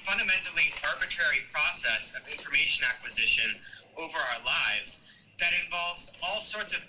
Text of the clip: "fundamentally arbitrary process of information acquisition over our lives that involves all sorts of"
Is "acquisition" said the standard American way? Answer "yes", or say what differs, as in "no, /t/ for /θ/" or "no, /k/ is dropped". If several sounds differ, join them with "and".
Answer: yes